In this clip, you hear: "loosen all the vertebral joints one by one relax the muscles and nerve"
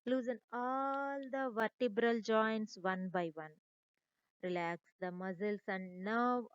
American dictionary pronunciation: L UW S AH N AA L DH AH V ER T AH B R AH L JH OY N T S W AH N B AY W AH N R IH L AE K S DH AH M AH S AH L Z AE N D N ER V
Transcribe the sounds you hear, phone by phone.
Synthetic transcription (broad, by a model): L UW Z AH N AA L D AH V ER T AH B R AH L JH OY N T S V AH N B AY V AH N R IH L AE K S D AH M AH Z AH L S AE N D N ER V